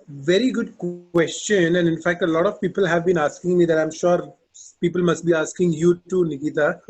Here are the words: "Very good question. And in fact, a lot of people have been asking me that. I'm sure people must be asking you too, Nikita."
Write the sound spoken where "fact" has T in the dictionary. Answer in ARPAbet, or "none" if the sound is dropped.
T